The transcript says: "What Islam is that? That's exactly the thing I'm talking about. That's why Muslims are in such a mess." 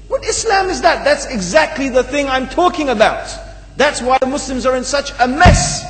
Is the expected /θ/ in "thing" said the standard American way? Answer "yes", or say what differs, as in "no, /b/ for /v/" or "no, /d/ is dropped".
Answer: yes